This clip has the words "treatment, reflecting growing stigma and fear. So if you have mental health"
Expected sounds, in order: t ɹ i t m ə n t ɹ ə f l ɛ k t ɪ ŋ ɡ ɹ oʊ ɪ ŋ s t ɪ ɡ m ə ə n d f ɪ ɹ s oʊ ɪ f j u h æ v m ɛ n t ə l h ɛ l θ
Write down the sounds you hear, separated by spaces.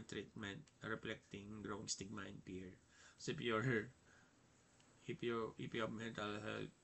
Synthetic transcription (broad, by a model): t ɹ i t m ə n t ɹ ə f l ɛ k t ɪ ŋ ɡ ɹ oʊ ɪ ŋ s t ɪ ɡ m ə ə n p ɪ ɹ s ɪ p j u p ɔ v m ɛ n t ə l h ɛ l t